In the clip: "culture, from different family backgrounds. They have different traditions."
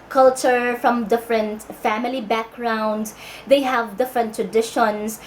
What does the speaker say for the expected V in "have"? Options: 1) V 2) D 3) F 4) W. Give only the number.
1